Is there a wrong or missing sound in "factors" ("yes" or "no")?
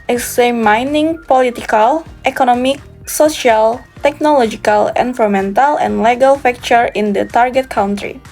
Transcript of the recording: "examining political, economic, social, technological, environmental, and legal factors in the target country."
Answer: yes